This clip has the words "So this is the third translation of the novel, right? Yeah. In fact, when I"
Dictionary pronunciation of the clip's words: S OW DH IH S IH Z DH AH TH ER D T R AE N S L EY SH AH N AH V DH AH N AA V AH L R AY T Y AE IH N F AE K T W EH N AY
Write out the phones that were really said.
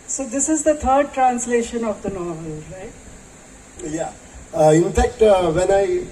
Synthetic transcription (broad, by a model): S OW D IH S IH Z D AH T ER D T R AE N S L EY SH AH N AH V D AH N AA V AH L R AY T Y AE IH N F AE K T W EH N AY